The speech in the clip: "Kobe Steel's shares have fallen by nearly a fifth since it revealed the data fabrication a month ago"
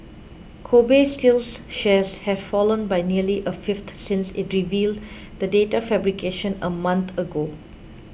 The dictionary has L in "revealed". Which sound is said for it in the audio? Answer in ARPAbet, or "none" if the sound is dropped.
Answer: L